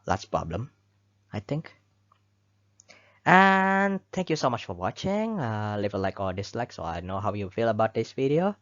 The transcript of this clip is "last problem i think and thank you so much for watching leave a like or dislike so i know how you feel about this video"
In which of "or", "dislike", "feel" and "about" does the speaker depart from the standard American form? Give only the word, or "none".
or